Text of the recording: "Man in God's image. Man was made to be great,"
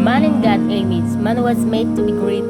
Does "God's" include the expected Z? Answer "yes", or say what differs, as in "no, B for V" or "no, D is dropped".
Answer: no, Z is dropped